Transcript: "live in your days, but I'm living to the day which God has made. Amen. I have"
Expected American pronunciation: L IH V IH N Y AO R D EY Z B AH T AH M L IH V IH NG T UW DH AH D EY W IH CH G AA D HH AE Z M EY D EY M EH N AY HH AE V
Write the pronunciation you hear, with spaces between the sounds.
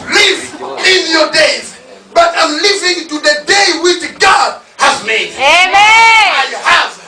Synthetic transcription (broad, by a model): L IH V IH N Y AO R D EY Z B AH T AH M L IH V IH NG T UW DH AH D EY W IH CH G AA D HH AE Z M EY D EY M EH AY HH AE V